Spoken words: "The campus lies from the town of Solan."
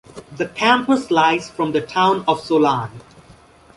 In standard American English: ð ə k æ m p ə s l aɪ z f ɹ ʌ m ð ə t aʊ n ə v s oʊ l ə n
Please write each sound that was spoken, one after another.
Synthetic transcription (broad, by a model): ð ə k æ m p ə s l aɪ z f ɹ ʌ m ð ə t aʊ n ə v s oʊ l ə n